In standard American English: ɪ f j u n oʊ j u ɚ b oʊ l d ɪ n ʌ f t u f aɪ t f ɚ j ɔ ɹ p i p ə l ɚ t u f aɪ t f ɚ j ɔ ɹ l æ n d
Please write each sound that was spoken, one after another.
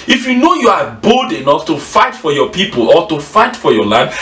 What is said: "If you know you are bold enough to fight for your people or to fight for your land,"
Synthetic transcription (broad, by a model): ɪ f j u n oʊ j u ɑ b oʊ l d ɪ n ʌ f t u f aɪ t f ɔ j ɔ p i p ə l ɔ t u f aɪ t f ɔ j ɔ l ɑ n d